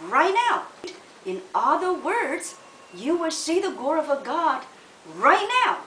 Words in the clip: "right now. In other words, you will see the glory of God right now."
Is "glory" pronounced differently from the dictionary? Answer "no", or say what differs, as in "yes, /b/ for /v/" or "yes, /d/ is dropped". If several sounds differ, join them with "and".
yes, /l/ is dropped